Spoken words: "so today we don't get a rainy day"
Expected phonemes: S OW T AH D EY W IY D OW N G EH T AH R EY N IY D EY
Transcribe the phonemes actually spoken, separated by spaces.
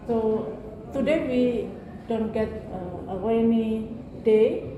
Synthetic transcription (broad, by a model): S OW T AH D EY W IY D OW N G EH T AH W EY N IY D EY